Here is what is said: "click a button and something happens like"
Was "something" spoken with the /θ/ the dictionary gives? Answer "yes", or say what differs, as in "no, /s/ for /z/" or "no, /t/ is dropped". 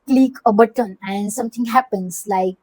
no, /t/ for /θ/